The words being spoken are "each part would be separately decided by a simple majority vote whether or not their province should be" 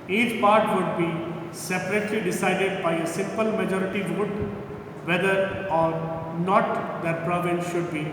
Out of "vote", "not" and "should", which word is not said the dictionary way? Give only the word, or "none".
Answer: none